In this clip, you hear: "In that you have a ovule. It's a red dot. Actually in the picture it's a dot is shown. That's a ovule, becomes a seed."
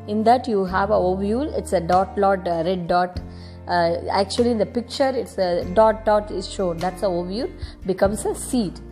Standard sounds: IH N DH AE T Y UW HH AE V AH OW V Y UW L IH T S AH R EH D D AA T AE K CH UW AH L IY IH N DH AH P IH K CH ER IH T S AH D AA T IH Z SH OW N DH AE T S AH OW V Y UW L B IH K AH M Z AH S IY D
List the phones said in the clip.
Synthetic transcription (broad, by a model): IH N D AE T Y UW HH AE V AH OW V Y UW L IH T S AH L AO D D AA T AE K CH UW AH L IY IH N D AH P IH K CH ER IH T S AH D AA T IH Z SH OW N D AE T S AH OW V Y UW L B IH K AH M S AH S IY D